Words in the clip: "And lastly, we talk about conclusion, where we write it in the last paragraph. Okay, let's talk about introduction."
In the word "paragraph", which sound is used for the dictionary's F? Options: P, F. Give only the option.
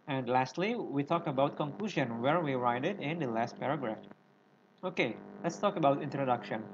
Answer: F